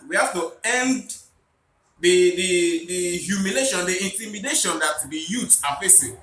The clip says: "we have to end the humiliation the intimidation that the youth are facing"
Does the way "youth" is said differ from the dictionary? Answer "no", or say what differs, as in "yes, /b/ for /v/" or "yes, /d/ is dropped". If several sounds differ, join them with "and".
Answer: yes, /t/ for /θ/